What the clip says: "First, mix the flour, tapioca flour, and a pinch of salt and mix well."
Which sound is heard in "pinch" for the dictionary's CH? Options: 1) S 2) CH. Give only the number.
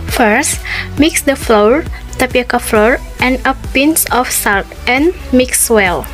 1